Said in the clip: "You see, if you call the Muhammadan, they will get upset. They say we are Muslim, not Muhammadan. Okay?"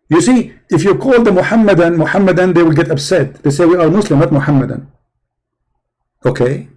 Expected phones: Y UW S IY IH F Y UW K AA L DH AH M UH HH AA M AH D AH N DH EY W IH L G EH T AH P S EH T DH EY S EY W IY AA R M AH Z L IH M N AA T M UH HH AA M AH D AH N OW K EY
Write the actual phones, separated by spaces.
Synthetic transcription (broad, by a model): Y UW S IY IH F Y UW K AA L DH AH M UH HH AA M AH D AH N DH EY W IH L G EH T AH B S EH T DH EY S EY W IY AA R M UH S L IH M N AA T M UH HH AA M AH D AH N OW K EY